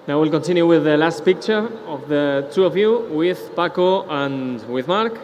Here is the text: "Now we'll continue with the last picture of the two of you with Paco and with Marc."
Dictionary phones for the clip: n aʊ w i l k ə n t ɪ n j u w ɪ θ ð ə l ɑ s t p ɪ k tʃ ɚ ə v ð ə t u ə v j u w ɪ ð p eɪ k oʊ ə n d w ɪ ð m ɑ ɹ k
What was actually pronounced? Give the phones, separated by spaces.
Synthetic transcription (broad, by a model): n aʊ w i l k ə n t ɪ n j u w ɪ ð ə l ɑ s t p ɪ k tʃ ɚ ə v ð ə t u ə v j u w ɪ ð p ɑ k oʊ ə n w ɪ ð m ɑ ɹ k